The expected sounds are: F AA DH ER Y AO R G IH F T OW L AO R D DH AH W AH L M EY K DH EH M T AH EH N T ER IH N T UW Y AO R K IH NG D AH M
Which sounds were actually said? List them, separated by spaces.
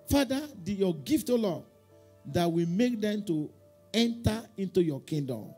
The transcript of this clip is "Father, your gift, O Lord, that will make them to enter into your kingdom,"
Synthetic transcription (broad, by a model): F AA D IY Y AO G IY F T OW L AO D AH W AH M EY K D EH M T AH EH N T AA IH N T UW Y AO K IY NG D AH M